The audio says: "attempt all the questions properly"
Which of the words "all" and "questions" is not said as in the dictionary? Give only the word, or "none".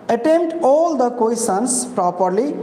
questions